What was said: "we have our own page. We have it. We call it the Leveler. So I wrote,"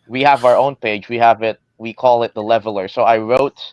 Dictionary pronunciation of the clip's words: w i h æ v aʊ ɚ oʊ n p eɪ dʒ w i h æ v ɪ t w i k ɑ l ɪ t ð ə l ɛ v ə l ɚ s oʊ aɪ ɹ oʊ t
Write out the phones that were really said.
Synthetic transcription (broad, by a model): w i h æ v aʊ ɚ oʊ n p eɪ dʒ w i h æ v ɪ t w i k ɑ l ɪ t ð ə l ɛ v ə l ɚ s oʊ aɪ ɹ oʊ t